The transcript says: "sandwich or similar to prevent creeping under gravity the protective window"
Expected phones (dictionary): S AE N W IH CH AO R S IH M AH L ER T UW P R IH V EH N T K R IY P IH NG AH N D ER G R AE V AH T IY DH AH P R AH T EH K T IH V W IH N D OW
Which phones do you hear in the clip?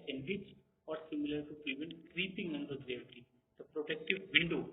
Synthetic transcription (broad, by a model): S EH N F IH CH AO R S IH M AH L ER T UW P R IH V EH N T K R IY P IH NG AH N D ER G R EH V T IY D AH P R AH T EH K T IH V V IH N D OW